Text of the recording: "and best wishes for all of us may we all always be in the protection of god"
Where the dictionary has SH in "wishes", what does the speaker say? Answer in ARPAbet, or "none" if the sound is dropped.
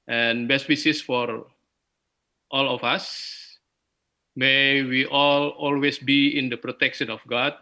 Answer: S